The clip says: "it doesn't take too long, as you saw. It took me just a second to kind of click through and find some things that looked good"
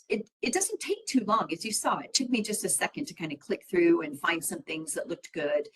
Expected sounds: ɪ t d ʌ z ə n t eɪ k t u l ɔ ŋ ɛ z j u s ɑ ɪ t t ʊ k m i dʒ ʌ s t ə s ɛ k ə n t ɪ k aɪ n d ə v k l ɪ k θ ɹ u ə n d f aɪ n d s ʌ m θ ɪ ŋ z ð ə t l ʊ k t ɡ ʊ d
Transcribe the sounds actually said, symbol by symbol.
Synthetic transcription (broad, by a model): ɪ t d ʌ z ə n t eɪ k t u l ɔ ŋ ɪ z j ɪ s ɑ ɪ t t ʊ k m i dʒ ʌ s t ə s ɛ k ə n t ɪ k aɪ n d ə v k l ɪ k θ ɹ u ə n f aɪ n d s ʌ m θ ɪ ŋ z ð ə t l ʊ k t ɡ ʊ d